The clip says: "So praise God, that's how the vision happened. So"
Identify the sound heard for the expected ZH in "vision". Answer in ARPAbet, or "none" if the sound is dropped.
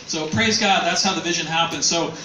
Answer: ZH